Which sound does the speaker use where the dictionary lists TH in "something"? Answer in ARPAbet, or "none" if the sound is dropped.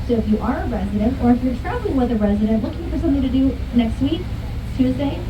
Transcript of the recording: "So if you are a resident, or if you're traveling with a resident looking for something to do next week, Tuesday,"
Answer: TH